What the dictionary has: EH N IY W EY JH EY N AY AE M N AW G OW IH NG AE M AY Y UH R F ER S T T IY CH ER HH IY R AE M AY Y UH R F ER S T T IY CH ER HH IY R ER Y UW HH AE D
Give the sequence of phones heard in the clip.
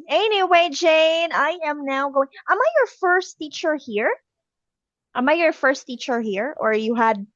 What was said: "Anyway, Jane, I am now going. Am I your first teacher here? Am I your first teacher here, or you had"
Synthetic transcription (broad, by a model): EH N IY W EY JH EY N AY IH M N AW G OW IH NG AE M AY Y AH R F ER S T T IY CH ER HH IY R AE M AY Y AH R F ER S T T IY CH ER HH IY R ER Y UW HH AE D